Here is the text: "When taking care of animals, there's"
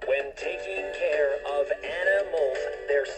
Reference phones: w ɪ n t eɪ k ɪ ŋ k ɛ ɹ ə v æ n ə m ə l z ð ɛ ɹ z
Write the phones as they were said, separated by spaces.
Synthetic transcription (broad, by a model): w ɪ n t eɪ k ɪ ŋ k ɛ ɹ ə v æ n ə m l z ð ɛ ɹ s